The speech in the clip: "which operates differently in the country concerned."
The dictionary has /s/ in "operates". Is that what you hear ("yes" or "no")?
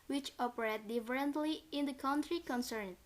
no